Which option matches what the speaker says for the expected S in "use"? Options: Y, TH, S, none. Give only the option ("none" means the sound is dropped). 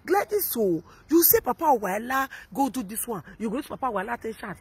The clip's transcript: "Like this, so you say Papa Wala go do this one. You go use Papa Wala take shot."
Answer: none